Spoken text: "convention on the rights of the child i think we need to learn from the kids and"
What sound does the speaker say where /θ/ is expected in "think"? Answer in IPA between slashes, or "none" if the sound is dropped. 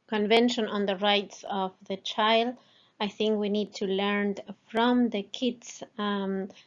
/θ/